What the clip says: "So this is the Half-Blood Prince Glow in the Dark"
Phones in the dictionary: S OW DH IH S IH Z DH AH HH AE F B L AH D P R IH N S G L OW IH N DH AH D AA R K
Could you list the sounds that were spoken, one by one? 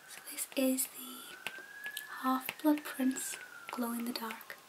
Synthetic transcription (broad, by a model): S OW DH IH S IH Z DH AH HH AE F B L AH D P R IH N S G L OW IH N DH AH D AA R K